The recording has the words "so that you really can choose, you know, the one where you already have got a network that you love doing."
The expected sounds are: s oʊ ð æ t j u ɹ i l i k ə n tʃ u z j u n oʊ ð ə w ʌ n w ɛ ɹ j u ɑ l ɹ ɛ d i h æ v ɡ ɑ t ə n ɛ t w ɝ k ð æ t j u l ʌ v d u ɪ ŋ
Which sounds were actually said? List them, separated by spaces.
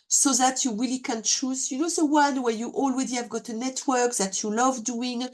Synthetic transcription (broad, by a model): s oʊ ð æ t j u ɹ i l i k ə n tʃ u z j u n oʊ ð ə w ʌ n w ɛ ɹ j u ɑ l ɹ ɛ d i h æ v ɡ ɑ t ə n ɛ t w ɝ k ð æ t j u l ʌ v d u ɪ ŋ